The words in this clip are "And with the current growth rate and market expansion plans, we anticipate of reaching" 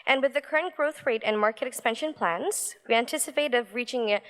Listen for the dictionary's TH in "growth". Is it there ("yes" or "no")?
yes